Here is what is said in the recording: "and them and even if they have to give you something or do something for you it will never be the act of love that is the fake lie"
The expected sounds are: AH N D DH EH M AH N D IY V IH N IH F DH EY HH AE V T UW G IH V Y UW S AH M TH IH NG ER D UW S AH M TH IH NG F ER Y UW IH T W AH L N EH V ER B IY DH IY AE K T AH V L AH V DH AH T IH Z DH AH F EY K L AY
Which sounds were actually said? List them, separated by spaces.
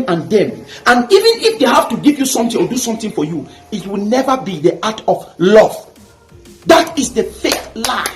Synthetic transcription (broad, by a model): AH N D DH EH M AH N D IY V IH N IH F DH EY HH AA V T UW G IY V Y UW S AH M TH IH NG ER D UW S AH M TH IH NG F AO Y UW IH T W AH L N EH V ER B IY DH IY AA T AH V L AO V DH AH T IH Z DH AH F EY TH L AY